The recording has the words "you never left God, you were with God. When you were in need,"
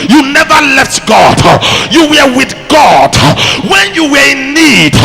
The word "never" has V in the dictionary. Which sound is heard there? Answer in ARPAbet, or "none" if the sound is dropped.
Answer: V